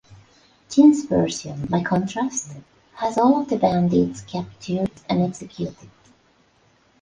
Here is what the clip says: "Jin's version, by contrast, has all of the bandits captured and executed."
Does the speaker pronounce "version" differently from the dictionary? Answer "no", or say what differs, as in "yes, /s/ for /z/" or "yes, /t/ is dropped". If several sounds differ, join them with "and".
yes, /s/ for /ʒ/